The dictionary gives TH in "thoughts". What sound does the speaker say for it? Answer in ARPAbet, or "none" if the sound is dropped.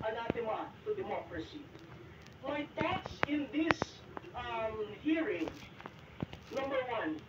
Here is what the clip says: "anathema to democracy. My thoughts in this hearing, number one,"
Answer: T